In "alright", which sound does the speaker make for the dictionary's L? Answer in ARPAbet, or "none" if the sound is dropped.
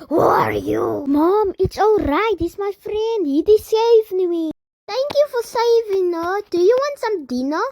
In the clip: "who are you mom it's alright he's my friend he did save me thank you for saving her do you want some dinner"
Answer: L